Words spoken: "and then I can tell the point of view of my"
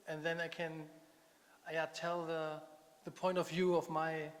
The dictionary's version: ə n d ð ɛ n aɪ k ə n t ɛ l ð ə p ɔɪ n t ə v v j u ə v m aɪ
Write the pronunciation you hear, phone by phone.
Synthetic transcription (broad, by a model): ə n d ð ɛ n aɪ k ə n t ɛ l ð ə p ɔɪ n t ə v v j u ə v m aɪ